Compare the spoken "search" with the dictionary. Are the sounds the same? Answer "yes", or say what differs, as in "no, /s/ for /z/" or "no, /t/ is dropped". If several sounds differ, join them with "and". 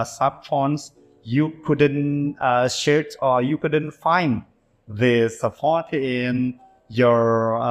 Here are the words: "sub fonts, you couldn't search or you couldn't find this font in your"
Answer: no, /ʃ/ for /s/